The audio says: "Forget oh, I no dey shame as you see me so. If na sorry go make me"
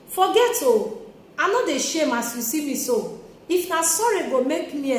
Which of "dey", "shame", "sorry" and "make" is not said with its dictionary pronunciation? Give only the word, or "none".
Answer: none